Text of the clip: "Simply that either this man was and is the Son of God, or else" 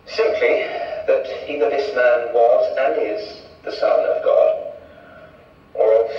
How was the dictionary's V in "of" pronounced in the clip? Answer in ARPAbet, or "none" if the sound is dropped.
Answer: V